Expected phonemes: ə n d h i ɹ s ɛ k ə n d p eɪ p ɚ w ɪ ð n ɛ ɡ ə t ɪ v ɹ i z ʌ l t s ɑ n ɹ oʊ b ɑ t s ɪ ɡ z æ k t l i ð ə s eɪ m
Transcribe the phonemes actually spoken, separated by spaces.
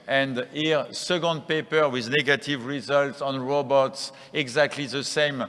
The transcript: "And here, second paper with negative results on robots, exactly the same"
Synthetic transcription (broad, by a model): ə n d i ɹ s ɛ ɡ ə n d p eɪ p ɚ w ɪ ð n ɛ ɡ ə t ɪ v ɹ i z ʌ l t s ɑ n ɹ oʊ b ɑ t s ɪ ɡ z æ k t l i ð ə s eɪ m